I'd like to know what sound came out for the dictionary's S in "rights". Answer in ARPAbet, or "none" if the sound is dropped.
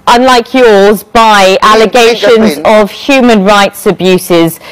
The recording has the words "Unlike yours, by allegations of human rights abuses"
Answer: S